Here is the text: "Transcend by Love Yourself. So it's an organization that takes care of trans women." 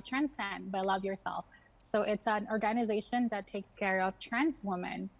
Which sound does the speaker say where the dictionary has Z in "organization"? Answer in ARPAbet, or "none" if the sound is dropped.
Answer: Z